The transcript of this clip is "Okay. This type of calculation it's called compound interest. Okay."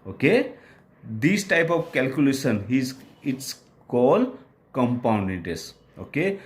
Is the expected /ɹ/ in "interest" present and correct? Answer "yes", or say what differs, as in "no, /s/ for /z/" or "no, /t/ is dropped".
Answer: no, /ɹ/ is dropped